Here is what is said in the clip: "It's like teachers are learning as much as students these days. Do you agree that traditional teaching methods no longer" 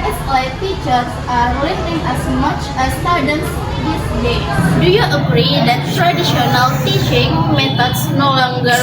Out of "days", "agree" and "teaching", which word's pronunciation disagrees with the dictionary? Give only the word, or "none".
days